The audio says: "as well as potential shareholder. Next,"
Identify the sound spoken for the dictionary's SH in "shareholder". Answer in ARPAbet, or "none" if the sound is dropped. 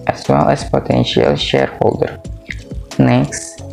SH